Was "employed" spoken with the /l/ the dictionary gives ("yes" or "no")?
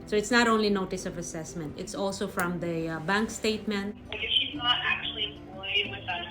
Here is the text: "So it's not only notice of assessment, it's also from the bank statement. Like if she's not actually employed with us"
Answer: no